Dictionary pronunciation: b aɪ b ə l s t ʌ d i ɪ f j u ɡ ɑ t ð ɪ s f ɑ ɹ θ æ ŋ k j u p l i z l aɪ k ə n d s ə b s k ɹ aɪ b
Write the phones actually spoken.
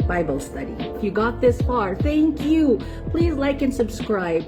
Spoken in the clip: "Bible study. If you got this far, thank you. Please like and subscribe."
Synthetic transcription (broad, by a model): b aɪ b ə l s t ʌ d i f j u ɡ ɑ t ð ɪ s f ɑ ɹ θ æ ŋ k j u p l i z l aɪ k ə n s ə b s k ɹ aɪ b